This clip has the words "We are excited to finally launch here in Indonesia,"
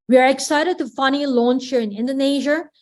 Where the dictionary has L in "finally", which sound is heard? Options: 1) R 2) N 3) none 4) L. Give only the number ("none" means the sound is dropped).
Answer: 2